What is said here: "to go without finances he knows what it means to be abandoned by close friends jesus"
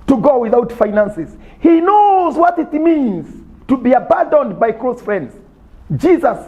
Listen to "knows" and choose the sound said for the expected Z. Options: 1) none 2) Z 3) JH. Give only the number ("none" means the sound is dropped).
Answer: 2